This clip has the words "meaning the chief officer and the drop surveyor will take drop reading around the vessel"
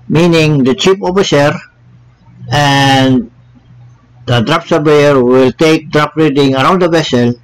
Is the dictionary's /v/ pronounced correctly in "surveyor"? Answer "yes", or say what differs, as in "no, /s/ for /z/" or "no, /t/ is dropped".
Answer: no, /b/ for /v/